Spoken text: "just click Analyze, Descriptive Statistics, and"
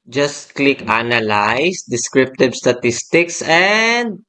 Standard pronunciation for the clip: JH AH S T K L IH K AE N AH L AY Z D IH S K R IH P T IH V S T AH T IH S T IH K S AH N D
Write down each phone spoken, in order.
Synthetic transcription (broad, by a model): JH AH S T K L IH K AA N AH L AY S D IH S K R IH P T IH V S T AH T IH S T IH K S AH N D